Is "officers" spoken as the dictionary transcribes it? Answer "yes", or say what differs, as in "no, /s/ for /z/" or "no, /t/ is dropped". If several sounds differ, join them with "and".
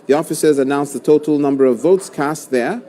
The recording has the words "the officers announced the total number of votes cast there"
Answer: yes